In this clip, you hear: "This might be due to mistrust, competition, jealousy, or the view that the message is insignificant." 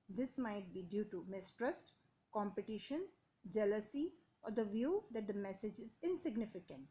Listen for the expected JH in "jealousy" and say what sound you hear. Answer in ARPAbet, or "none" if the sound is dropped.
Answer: JH